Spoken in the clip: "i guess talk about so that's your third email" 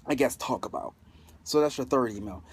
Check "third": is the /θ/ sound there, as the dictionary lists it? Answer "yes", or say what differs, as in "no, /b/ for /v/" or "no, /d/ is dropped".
yes